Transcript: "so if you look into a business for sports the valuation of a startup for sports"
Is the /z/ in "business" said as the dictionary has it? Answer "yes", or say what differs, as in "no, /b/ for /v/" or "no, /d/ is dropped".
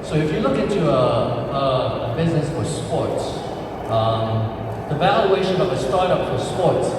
yes